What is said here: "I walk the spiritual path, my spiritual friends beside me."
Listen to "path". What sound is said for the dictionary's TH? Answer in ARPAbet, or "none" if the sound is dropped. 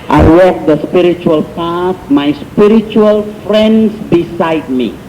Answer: S